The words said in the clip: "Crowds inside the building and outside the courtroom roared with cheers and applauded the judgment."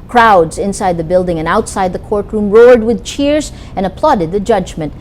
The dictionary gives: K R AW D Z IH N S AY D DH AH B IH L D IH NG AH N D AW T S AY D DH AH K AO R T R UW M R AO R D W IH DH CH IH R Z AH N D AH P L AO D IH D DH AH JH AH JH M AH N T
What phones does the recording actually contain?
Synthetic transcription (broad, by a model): K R AW D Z IH N S AY D DH AH B IH L D IH NG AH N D AW T S AY D DH AH K AO R T R UW M R AO R D W IH DH CH IH R Z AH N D AH P L AO D IH D DH AH JH AH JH M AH N T